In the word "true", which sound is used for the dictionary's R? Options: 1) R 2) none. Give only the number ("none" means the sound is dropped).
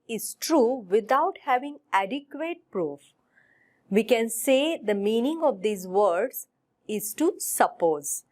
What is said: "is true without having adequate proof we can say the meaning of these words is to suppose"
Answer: 1